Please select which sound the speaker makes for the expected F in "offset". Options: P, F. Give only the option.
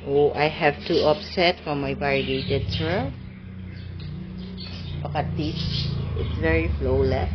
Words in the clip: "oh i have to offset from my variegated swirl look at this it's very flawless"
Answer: P